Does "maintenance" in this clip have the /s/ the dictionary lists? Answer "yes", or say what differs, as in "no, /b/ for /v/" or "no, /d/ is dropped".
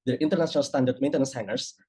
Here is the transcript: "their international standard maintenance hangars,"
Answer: yes